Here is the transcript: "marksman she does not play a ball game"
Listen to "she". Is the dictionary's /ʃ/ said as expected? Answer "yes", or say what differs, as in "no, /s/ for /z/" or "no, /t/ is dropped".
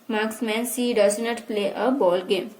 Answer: no, /s/ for /ʃ/